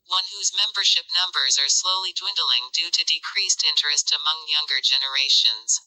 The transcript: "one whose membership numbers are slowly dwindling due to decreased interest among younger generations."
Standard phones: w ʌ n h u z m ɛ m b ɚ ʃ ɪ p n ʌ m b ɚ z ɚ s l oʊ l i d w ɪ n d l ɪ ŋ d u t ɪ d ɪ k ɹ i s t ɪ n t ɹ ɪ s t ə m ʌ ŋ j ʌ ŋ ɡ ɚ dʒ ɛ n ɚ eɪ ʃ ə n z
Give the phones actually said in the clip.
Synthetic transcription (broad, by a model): w ʌ n h u z m ɛ m b ɚ ʃ ɪ p n ʌ m b ɚ z ɚ s l oʊ l i d w ɪ n d l ɪ ŋ d u t ɪ d ɪ k ɹ i s t ɪ n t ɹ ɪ s t ə m ʌ ŋ j ʌ ŋ ɡ ɚ dʒ ɛ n ɚ eɪ ʃ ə n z